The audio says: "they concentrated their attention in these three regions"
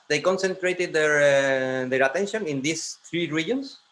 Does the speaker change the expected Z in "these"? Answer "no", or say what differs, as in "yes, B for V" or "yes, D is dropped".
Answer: yes, S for Z